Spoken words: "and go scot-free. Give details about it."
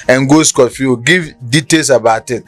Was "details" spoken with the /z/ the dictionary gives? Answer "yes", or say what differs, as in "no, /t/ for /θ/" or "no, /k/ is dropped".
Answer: no, /s/ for /z/